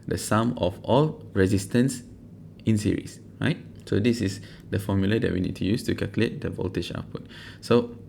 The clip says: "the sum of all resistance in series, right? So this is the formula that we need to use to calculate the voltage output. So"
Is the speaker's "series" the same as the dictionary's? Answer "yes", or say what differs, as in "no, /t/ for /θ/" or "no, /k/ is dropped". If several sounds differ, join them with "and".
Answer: no, /s/ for /z/